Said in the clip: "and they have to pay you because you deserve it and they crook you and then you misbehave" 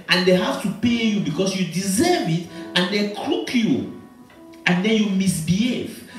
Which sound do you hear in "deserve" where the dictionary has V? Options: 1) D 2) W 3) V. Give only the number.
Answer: 3